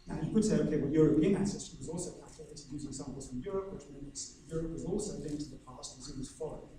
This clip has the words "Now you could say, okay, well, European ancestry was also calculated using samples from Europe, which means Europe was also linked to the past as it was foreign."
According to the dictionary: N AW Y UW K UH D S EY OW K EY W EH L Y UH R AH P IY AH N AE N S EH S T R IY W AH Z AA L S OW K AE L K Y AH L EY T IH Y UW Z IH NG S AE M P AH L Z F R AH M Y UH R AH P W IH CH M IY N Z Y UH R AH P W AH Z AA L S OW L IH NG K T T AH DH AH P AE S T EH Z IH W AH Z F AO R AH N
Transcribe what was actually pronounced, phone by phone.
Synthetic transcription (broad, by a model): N AW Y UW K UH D S EY OW K EY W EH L Y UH R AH P IY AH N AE S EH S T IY W AH Z AA L S OW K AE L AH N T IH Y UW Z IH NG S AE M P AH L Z F R AH M Y UH R AH P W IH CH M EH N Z Y UH R AH P W AH Z AA L S OW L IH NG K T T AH DH AH P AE S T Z IH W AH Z F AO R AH